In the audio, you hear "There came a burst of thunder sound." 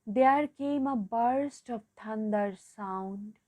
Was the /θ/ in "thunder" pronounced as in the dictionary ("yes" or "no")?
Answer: no